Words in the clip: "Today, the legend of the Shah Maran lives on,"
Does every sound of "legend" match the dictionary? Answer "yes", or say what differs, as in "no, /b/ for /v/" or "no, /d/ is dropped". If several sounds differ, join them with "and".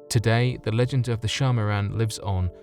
yes